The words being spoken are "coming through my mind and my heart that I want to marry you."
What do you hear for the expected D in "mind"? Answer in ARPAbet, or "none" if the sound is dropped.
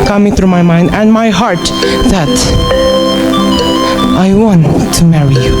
D